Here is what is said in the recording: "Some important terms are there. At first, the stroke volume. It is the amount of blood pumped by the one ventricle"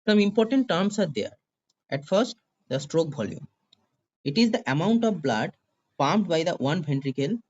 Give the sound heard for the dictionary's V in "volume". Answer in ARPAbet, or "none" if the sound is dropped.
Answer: B